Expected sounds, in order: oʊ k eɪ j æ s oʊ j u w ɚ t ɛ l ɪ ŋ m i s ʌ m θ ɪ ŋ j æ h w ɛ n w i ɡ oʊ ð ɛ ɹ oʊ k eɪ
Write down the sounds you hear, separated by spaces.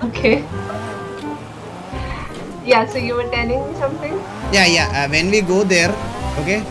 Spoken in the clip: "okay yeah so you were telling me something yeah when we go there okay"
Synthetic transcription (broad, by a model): oʊ k eɪ j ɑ s oʊ j u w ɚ t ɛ n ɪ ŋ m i s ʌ m t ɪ ŋ j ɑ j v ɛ n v i ɡ oʊ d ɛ ɹ oʊ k eɪ